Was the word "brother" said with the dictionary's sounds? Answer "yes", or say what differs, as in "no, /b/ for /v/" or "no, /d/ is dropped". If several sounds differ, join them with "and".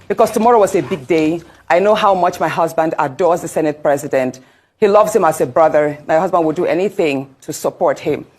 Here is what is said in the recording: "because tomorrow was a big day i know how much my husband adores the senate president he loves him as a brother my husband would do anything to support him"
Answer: yes